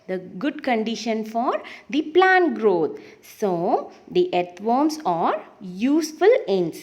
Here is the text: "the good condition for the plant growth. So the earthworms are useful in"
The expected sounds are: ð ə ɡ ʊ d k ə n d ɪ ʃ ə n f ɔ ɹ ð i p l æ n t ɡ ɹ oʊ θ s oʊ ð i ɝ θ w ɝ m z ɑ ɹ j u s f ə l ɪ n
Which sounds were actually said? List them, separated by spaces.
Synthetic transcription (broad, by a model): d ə ɡ ʊ d k ə n d ɪ ʃ ə n f ɔ ɹ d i p l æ n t ɡ ɹ oʊ t s oʊ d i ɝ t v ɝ m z ɑ ɹ j u s f ə l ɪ n